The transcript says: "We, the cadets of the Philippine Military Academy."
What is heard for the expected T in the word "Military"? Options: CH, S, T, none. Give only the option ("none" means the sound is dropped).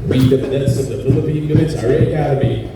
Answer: S